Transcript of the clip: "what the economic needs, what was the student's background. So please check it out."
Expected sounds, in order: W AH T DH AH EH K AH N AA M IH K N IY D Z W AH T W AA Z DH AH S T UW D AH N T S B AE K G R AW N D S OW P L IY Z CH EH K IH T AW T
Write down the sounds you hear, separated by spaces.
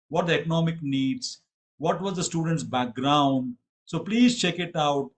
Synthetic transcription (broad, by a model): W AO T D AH EH K AH N AA M IH K N IY D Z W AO T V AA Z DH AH S T UW D AH N T S B AE K G R AW N D S OW P L IY Z CH EH K IH T AW T